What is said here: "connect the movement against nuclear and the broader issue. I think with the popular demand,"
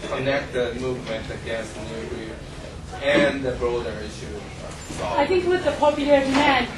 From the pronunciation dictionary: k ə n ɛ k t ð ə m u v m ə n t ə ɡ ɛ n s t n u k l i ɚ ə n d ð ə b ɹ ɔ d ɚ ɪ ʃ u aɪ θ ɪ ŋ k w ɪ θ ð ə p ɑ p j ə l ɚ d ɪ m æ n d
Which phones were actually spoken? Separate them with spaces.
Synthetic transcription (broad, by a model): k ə n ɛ k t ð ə m u v m ə n t ə ɡ ɛ n s t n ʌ l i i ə n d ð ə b ɹ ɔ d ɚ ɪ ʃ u aɪ θ ɪ ŋ k w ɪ ð ə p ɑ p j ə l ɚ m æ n